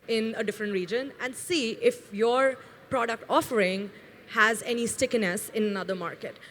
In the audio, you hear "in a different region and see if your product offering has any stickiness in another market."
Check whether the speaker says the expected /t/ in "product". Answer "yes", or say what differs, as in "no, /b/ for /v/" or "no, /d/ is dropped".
yes